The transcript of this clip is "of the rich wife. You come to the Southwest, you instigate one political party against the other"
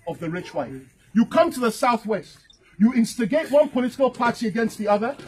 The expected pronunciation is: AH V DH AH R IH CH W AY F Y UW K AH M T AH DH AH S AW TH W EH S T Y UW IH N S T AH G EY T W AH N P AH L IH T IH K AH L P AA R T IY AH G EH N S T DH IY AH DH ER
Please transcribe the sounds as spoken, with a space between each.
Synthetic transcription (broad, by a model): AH V DH AH R IH CH W AY F Y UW K AH M T AH DH AH S AW TH W EH S T Y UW IH N S T AH G EY T W AH N P AH L IH T IH K AH L P AA R T IY AH G EH N S T DH IY AH DH ER